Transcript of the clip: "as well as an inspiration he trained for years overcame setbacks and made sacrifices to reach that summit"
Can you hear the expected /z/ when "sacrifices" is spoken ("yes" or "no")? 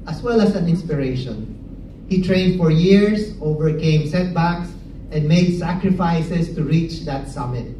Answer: no